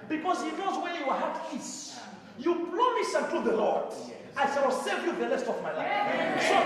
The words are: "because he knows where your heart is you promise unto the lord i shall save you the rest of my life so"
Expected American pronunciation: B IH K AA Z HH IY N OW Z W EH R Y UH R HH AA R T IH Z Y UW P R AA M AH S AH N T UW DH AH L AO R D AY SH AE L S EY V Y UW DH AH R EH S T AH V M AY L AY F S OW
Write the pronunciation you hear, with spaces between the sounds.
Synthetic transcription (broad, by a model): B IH K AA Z HH IY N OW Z W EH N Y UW W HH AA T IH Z Y UW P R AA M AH S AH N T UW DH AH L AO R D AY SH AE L S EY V Y UW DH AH L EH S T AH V M AY L AY F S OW